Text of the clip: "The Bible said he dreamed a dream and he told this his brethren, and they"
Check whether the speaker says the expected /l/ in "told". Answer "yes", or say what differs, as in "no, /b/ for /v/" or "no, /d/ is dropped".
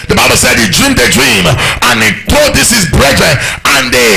no, /l/ is dropped